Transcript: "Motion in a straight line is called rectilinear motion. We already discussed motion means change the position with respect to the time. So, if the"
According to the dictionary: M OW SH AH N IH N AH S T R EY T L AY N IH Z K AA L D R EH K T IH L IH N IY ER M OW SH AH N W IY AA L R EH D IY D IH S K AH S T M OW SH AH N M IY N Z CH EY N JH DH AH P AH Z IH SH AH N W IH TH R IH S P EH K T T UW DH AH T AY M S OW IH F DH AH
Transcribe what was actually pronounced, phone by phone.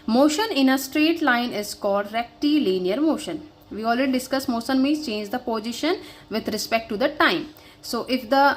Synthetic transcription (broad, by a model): M OW SH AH N IH N AH S T R EY T L AY N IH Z K AA L D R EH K T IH L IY N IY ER M OW SH AH N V IY AA L R EH D IY D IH S K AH S M OW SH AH N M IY Z CH EY N JH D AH P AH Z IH SH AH N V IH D R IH S P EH K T T UW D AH T AY M S OW IH F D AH